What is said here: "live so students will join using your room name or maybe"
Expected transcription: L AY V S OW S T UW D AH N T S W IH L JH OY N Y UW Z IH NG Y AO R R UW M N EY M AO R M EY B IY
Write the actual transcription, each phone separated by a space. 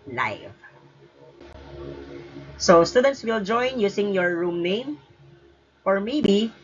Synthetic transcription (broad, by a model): L AY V S OW S T UW D AH N T S W IH L JH OY N Y UW S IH NG Y AO R R UW M N EY M AO R M EY B IY